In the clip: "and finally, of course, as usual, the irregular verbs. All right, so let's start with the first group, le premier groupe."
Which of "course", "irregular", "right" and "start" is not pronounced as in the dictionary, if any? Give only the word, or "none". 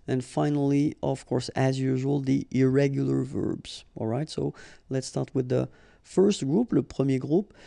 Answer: none